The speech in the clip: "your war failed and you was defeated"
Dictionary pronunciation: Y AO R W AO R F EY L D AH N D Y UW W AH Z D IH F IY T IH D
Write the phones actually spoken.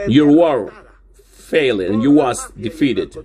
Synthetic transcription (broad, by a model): Y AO R W AO R F EY L AH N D Y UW W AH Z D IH F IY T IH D